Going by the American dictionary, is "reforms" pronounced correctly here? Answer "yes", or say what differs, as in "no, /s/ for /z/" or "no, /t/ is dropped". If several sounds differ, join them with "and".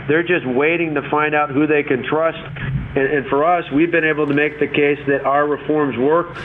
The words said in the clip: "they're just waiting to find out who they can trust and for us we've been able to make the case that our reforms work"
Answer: yes